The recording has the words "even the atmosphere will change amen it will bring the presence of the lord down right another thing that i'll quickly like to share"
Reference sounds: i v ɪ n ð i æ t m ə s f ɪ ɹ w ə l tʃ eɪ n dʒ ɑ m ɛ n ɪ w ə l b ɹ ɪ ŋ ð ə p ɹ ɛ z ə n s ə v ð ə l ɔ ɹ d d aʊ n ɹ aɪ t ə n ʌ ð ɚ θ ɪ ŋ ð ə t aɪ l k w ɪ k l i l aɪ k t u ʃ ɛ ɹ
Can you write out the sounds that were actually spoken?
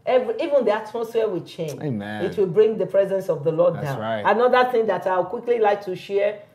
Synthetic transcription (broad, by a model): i v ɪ n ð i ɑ t m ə s f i w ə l tʃ eɪ n dʒ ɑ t w ə l b ɹ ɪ ŋ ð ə p ɹ ɛ z ə n s ə v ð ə l ɔ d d aʊ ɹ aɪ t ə n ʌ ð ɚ θ ɪ ŋ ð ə t aɪ w k w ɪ k l i l aɪ k t u ʃ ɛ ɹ